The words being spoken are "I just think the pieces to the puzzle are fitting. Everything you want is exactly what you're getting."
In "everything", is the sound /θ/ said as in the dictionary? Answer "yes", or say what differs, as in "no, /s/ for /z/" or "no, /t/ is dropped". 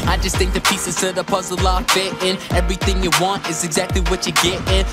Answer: yes